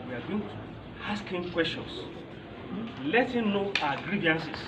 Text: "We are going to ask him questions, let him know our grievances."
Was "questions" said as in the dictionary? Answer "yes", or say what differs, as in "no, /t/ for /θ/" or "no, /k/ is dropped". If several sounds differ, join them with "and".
no, /s/ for /z/